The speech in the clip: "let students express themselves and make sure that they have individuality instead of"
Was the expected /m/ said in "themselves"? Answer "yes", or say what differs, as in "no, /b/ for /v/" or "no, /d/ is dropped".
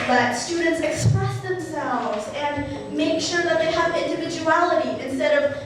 yes